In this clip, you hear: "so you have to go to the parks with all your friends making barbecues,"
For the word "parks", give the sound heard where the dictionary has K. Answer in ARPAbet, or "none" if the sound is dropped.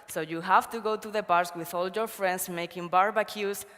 none